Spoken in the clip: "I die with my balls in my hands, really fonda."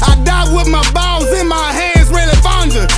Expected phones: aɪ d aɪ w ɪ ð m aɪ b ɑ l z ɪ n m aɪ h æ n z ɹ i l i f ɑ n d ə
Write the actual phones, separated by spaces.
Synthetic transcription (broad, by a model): aɪ d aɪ w ɪ ð m aɪ b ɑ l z ɪ n m aɪ h æ n z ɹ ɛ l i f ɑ n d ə